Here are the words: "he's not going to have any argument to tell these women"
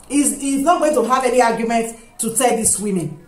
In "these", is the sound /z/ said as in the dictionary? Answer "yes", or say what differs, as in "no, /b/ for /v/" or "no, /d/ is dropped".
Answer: no, /s/ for /z/